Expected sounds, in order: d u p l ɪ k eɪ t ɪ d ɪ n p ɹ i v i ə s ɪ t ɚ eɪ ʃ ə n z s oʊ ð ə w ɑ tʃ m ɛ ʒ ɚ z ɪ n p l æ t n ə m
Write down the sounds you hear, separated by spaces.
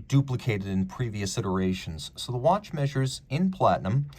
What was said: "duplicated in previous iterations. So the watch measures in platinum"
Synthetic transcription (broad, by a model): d u p l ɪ k eɪ t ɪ d ɪ n p ɹ i v i ə s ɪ t ɚ eɪ ʃ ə n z s oʊ ð ə w ɑ tʃ m ɛ ʒ ɚ z ɪ n p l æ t n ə m